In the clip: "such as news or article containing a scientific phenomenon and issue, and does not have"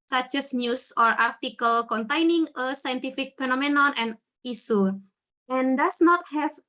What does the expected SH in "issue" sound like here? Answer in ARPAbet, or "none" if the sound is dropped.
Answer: S